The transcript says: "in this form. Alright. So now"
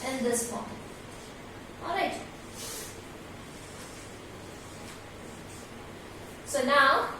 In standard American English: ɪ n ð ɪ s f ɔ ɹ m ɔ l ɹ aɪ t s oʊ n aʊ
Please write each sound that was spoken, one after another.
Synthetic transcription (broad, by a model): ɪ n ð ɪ s p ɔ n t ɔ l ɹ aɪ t s oʊ n aʊ